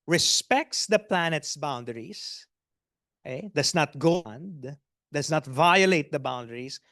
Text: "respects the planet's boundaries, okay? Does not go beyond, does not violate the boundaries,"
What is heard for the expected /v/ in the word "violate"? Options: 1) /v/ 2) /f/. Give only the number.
1